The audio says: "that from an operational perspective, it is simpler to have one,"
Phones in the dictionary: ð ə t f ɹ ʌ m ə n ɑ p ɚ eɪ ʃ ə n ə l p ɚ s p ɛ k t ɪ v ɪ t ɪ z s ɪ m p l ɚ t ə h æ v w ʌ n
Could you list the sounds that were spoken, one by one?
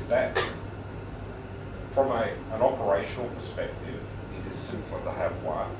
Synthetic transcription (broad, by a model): ð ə t f ɹ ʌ m ə n ɑ p ɚ eɪ ʃ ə n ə l p ɚ s p ɛ k t ɪ v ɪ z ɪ s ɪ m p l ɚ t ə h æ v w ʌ